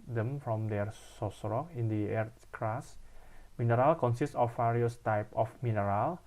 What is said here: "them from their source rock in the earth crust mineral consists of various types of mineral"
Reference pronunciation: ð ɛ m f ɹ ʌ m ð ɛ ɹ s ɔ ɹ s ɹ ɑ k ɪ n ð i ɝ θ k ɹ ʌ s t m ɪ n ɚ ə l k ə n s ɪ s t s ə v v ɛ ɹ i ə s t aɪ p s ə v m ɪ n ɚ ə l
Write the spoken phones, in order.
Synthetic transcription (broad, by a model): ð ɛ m f ɹ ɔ m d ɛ ɹ s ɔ s ɹ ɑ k ɪ n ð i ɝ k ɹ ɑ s m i n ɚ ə l k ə n s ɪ s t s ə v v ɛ ɹ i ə s t aɪ p ə f m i n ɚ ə l